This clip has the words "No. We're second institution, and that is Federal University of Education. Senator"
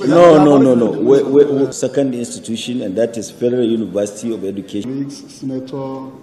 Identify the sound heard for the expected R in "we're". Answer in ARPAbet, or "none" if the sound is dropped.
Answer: W